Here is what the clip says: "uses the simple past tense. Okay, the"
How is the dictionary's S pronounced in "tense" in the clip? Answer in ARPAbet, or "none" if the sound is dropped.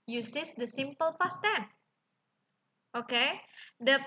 none